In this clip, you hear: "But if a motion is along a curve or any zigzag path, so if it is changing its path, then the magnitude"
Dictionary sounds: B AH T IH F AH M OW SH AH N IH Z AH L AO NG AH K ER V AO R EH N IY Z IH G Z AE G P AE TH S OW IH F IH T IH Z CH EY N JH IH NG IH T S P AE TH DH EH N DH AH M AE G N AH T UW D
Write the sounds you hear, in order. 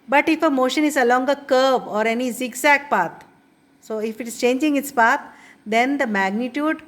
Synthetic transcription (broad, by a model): B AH T IH F AH M OW SH AH N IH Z AH L AO NG AH K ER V AO R EH N IY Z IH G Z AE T P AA T S OW IH F IH T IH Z CH EY N JH IH NG IH T S P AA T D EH N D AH M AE G N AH T UW D